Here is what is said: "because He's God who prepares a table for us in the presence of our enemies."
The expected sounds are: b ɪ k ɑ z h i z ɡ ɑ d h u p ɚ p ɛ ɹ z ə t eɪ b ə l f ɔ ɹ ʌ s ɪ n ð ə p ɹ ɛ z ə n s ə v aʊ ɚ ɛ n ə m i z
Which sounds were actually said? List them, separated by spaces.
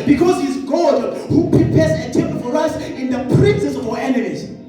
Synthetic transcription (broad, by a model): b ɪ k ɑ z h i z ɡ ɑ d h u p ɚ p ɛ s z ə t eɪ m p f ɔ ɹ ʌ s ɪ n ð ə p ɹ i s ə s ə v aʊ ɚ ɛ n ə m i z